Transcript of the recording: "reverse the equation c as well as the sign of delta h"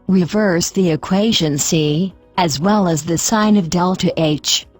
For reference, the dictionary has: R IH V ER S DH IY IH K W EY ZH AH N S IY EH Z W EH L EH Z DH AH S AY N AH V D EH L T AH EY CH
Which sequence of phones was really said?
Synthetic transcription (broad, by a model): R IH V ER S DH IY IH K W EY ZH AH N S IY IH Z W EH L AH Z DH AH S AY N AH V D EH L T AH EY CH